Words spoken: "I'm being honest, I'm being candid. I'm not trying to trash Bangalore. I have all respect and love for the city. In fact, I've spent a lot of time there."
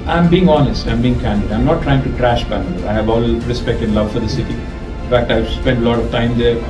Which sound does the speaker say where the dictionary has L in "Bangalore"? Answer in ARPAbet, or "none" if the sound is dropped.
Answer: none